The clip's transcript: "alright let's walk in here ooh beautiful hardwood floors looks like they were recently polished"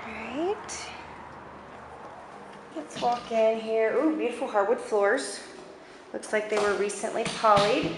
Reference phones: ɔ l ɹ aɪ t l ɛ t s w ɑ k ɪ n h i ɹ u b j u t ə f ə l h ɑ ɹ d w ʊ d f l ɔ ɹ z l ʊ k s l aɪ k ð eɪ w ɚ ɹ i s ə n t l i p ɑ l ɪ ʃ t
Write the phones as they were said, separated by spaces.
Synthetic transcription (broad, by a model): ɹ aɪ t l ɛ t s w ɑ k ɪ n h i ɹ u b j u t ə f l h ɑ ɹ d w ʊ d f l ɔ ɹ z l ʊ k s l aɪ k ð eɪ w ɚ ɹ i s ə n t l i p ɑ l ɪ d